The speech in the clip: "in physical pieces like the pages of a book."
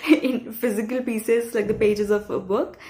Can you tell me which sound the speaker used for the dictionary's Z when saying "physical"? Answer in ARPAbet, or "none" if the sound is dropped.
Z